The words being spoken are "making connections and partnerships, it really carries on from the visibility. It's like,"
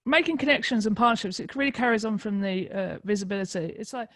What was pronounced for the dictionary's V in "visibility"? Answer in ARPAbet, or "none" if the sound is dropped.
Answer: V